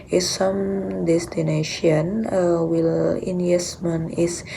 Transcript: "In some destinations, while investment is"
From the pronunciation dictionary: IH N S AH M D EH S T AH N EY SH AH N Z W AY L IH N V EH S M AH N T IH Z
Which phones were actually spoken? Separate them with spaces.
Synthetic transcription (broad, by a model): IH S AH M D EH S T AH N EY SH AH N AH W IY L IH N EH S M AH N IH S